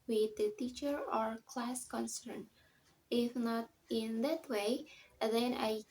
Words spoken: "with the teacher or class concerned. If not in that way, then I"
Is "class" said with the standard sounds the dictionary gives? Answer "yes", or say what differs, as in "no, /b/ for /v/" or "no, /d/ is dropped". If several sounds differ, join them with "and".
yes